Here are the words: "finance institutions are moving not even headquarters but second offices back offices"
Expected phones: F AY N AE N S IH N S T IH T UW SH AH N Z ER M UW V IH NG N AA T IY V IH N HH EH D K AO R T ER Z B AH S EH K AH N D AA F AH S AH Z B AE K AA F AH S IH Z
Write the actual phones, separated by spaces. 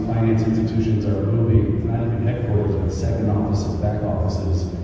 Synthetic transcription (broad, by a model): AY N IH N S IH N S T IH T UW SH AH N Z ER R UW B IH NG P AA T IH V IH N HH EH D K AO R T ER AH S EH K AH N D AA F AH S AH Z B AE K AA F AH S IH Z